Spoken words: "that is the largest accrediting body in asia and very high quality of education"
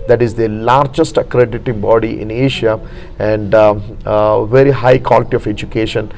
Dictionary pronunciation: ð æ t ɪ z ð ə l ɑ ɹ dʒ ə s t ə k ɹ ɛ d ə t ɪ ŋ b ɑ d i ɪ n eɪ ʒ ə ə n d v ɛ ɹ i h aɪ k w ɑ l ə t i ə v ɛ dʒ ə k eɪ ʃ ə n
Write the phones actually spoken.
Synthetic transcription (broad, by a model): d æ t ɪ z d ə l ɑ ɹ dʒ ə s t ə k ɹ ɛ d ə t ɪ ŋ b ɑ d i ɪ n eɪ ʃ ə ə n d v ɛ ɹ i h aɪ k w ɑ l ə t i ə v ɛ dʒ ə k eɪ ʃ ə n